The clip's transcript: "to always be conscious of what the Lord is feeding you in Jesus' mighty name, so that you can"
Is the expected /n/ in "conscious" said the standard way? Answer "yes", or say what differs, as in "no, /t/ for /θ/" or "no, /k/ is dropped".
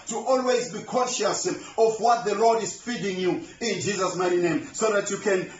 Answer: no, /n/ is dropped